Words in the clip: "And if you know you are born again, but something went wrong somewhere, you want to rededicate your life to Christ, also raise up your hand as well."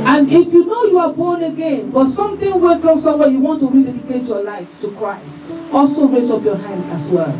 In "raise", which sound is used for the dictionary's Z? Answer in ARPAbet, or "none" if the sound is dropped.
S